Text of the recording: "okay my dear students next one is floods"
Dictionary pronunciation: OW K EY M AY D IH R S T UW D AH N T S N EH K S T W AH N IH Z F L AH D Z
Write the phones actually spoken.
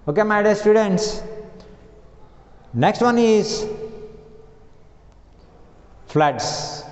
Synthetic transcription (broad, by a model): OW K EY M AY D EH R S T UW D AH N T S N EH K S T W AH N IH Z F L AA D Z